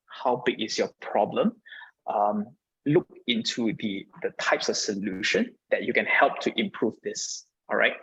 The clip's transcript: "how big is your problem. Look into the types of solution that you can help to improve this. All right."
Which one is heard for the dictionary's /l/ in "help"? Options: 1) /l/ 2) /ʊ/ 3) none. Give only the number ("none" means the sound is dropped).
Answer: 1